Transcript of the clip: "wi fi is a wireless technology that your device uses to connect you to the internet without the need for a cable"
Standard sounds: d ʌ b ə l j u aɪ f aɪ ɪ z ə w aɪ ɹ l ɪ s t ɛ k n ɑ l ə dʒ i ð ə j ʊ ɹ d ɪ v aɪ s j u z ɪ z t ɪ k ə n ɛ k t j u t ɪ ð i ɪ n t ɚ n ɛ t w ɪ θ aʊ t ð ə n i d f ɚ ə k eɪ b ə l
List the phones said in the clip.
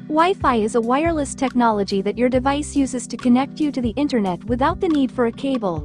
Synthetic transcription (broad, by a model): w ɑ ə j f aɪ ɪ z ə w aɪ ɹ l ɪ s t ɛ k n ɑ l ə dʒ i ð ə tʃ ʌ ɹ d ɪ v aɪ s j u z ɪ z t ɪ k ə n ɛ k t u t ɪ ð i ɪ n t ɚ n ɛ t w ɪ θ aʊ t ð ə n i d f ɚ ə k eɪ b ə l